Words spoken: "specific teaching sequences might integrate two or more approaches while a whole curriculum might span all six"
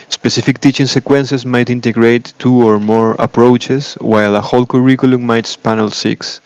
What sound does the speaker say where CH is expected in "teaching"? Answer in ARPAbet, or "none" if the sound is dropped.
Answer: CH